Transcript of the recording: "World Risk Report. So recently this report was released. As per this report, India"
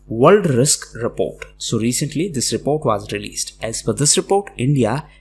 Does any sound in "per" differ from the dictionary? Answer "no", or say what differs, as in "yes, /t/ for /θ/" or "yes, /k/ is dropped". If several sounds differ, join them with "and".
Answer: yes, /f/ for /p/